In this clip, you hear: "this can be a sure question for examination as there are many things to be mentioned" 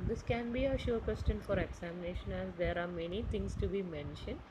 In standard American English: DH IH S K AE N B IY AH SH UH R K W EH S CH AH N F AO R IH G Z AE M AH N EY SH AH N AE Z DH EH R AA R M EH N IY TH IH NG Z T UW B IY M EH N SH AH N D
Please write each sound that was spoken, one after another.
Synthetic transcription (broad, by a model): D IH S K AE N B IY AH SH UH R K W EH S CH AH N F AO R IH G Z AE M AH N EY SH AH N AE Z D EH R AA R M EH N IY T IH NG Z T UW B IY M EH N SH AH N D